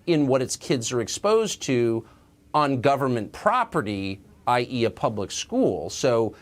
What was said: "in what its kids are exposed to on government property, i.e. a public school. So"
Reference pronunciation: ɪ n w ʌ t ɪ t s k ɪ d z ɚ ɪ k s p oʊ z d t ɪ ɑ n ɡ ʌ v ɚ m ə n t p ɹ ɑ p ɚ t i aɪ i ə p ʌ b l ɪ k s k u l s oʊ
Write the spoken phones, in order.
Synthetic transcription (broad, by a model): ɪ n w ʌ t ɪ t s k ɪ d z ɚ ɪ k s p oʊ z t ɪ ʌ n ɡ ʌ v ɚ m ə n p ɹ ɑ p ɚ t i aɪ i ə p ʌ b l ɪ k s k u l s oʊ